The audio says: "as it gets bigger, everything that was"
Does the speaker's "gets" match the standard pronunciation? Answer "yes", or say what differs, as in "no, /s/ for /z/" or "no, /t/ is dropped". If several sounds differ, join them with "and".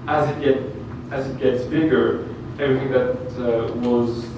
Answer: yes